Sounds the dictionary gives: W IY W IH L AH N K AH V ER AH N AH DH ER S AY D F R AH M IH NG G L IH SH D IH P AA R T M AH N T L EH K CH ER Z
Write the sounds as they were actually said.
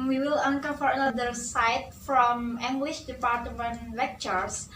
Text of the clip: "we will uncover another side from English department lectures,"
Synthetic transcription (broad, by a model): W IY W IH L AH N K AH F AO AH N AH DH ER S AY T F R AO M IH NG G L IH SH D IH P AA R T M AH N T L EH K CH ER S